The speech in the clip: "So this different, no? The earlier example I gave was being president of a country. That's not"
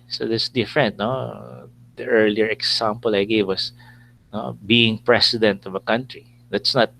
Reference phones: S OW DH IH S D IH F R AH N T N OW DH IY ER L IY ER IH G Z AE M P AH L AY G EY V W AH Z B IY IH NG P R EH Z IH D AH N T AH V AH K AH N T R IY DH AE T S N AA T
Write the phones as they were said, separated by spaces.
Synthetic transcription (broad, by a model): S OW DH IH S D IH F R AH N T N OW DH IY ER L IY ER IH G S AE M P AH L AY G EY V W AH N B IY IH NG P R EH S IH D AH N T AH V AH K AH N T R IY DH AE T S N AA T